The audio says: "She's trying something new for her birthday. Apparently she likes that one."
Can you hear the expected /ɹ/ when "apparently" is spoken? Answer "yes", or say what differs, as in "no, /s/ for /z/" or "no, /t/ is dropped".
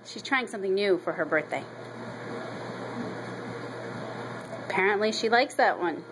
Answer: yes